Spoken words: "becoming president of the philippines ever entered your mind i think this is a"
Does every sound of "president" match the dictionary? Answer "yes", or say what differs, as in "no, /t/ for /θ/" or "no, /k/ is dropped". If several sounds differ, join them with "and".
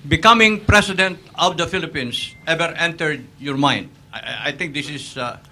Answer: no, /s/ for /z/